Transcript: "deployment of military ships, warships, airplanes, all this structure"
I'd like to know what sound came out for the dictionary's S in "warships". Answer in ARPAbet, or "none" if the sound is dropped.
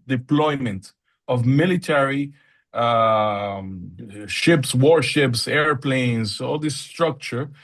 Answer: S